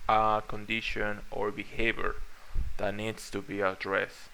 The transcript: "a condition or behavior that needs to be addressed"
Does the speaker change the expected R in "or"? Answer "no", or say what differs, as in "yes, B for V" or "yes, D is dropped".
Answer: no